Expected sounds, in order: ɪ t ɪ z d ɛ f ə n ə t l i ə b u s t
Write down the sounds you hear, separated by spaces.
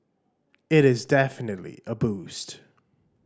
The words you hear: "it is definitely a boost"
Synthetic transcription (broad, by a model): ɪ t ɪ z d ɛ f ə n ə t l i ə b u s t